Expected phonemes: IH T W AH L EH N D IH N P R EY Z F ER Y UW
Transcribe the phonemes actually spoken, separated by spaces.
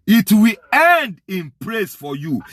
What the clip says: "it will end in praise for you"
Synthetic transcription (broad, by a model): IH T W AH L EH N D IH N P L EY S F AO Y UW